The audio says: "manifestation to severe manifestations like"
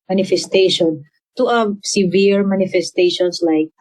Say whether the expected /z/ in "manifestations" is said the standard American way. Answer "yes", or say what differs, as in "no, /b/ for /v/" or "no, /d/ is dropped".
no, /s/ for /z/